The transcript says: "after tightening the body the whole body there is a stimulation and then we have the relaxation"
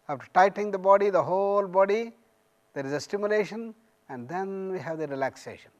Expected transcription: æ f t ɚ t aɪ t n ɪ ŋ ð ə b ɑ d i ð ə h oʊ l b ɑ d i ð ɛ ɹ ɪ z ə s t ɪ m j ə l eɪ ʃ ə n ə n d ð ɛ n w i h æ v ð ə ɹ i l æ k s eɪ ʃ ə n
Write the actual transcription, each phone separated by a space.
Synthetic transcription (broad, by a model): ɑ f t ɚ t aɪ t ɪ ŋ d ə b ɑ d i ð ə h oʊ l b ɑ d i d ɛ ɹ ɪ z ə s t ɪ m j ə l eɪ ʃ ə n ə n d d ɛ n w i h æ v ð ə ɹ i l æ k s eɪ ʃ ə n